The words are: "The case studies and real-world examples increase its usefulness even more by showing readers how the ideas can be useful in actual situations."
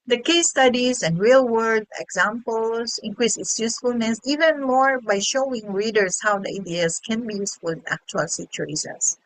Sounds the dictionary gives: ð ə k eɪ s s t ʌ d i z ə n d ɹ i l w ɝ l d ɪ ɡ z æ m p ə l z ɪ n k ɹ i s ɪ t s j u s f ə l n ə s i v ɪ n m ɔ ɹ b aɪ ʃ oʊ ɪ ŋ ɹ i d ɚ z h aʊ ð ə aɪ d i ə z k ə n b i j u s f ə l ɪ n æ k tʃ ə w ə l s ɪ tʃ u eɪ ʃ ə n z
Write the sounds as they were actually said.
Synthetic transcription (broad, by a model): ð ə k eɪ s s t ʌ d i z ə n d ɹ i l w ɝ d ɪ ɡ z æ m p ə l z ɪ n k ɹ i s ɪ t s j u s f ə l n ə s i v ɪ n m ɔ ɹ b aɪ ʃ oʊ ɪ ŋ ɹ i d ɚ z h aʊ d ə aɪ d i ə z k ə n b i j u s f ə l ɪ n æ k tʃ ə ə l s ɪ tʃ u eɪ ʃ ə n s